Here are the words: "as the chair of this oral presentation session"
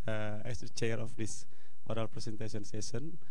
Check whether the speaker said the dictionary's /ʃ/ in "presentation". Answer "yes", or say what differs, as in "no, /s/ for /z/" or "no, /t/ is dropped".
no, /s/ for /ʃ/